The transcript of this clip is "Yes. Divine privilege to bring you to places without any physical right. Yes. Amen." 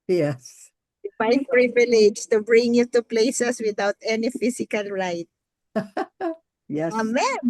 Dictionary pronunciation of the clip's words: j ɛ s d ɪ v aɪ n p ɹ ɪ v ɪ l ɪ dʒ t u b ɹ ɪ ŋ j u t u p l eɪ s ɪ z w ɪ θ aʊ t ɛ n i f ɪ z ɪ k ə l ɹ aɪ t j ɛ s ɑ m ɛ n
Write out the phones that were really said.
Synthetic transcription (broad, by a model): j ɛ s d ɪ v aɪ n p ɹ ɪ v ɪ l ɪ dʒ t u b ɹ ɪ ŋ j u t u p l eɪ s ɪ s w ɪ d aʊ t ɛ n i f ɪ s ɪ k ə l ɹ aɪ t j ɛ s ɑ m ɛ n